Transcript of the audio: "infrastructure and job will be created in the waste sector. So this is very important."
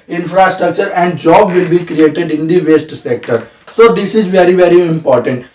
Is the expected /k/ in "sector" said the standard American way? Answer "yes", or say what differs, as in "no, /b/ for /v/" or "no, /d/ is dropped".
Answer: yes